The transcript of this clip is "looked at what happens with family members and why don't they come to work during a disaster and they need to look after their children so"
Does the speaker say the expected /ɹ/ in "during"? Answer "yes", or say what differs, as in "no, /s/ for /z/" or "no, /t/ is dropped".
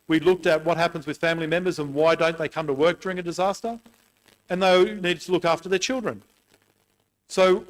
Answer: yes